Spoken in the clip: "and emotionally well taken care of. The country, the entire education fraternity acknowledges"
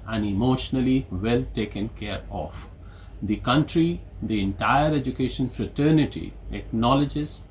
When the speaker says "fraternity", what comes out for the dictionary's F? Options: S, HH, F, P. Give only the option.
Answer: F